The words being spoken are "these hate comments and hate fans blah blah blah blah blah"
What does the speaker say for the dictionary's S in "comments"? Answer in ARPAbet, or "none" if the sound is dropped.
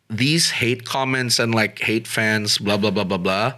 S